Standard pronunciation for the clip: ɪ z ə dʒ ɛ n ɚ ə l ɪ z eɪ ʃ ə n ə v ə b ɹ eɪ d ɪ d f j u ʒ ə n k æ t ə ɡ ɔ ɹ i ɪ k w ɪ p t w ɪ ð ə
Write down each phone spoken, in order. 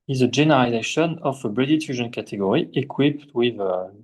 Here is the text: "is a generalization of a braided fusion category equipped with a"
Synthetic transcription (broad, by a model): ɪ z ə dʒ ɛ n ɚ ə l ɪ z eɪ ʃ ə n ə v ə b ɹ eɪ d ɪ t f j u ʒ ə n k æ t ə ɡ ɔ ɹ i ɪ k w ɪ p t w ɪ ð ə